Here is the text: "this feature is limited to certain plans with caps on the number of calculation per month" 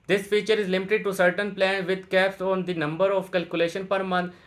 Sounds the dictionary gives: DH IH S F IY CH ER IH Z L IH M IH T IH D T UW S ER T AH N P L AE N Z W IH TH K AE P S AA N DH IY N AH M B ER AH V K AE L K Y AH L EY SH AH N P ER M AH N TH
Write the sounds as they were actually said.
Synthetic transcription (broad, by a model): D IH S F IY CH ER IH Z L IH M IH T IH D T UW S ER T AH N P L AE N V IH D K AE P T AA N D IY N AH M B ER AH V K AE L K Y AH L EY SH AH N P ER M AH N